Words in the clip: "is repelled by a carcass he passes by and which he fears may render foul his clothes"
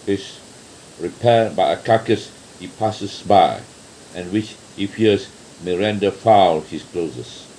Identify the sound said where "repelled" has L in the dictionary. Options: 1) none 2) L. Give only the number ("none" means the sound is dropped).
1